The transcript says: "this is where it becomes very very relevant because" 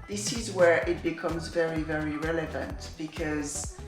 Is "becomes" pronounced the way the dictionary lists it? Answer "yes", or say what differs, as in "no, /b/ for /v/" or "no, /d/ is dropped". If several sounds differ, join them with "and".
yes